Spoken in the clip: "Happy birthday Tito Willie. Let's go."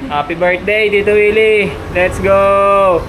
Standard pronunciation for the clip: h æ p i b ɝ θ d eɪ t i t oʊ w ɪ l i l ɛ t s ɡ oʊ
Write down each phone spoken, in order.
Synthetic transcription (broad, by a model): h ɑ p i b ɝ t d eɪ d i t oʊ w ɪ l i l ɛ t s ɡ oʊ